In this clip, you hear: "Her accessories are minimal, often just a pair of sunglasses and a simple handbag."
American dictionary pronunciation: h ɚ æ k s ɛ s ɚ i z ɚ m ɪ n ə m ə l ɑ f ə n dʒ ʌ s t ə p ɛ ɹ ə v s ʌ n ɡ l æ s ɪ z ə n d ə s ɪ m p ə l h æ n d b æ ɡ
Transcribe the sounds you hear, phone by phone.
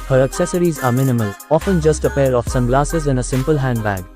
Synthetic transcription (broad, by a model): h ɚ æ k s ɛ s ɚ i z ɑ m ɪ n ə m ə l ɑ f ə n dʒ ʌ s t ə p ɛ ɹ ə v s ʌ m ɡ l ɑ s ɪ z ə n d ə s ɪ m p ə l h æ n d b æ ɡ